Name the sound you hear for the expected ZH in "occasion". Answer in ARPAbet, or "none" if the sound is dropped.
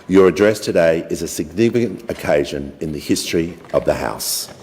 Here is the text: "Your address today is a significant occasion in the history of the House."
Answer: ZH